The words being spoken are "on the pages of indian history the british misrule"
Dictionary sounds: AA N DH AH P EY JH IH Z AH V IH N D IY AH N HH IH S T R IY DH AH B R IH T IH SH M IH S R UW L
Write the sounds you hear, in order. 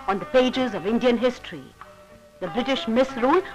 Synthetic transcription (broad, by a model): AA N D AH P EY JH IH Z AH V IH N D IY AH N HH IH S T R IY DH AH B R IH T IH SH M IH S R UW L